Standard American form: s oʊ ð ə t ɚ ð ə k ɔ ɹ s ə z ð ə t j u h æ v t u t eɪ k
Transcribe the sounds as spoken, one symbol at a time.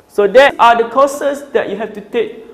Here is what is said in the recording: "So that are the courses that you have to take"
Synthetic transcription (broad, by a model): s oʊ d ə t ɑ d ə k ɔ s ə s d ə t j u h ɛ f t u t eɪ k